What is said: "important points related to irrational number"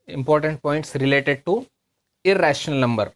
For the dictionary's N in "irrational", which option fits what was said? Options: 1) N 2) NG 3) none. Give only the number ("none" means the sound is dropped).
1